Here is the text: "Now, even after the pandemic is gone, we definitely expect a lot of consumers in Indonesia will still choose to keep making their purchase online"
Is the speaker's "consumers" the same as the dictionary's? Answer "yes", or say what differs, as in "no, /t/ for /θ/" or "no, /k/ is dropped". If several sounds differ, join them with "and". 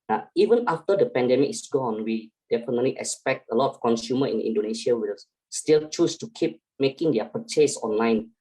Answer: no, /z/ is dropped